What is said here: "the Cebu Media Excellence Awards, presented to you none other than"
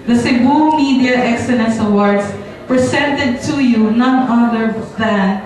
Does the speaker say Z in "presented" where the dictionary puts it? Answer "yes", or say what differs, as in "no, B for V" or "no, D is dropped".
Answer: no, S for Z